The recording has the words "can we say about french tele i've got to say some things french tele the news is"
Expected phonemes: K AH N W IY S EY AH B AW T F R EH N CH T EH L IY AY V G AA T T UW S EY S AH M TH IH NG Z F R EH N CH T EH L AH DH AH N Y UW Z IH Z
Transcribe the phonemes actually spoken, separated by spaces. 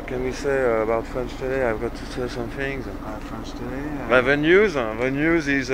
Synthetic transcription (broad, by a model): K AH N W IY S EY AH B AW T F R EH N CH T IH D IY AY V G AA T T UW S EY S AH M TH IH NG Z F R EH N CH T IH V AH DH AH N Y UW Z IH Z